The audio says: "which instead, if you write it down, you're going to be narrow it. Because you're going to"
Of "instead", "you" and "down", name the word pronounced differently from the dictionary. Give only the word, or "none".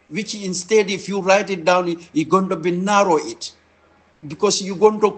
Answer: none